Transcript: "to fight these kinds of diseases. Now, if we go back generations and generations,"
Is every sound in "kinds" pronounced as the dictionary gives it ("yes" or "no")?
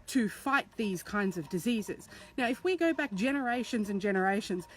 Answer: yes